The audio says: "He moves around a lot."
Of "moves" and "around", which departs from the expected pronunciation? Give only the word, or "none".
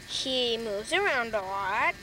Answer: none